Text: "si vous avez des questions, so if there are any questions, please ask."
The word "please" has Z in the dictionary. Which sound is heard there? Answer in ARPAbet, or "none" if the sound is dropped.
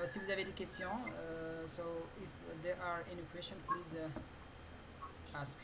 Z